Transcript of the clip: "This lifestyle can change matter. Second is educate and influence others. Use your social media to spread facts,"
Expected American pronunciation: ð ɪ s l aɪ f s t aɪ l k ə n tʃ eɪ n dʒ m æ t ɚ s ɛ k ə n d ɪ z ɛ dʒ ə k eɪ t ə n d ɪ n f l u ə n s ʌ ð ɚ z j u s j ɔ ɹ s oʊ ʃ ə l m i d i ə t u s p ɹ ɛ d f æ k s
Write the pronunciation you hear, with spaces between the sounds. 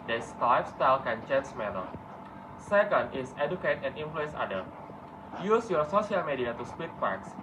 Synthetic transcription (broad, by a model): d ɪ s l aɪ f s t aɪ l k ə n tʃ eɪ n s m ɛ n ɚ s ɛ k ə n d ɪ s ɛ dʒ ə k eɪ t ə n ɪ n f l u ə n s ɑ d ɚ j u s j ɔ s oʊ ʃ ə l m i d i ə t u s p i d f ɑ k s